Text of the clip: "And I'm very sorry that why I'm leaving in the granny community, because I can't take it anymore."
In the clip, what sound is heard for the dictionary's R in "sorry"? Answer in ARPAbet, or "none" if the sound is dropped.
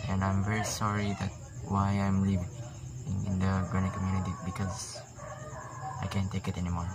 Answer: R